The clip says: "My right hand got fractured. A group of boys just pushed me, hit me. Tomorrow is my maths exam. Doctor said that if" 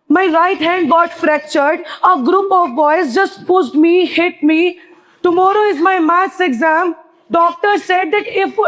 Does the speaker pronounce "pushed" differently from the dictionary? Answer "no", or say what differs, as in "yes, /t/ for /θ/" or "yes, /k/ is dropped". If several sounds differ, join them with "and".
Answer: yes, /s/ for /ʃ/